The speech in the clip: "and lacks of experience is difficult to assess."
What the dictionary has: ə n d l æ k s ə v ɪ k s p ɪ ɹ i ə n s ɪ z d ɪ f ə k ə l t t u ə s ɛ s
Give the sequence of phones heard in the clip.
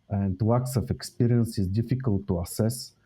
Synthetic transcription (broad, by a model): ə n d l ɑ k s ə f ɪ k s p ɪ ɹ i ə n s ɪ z d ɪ f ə k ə l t t u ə s ɛ s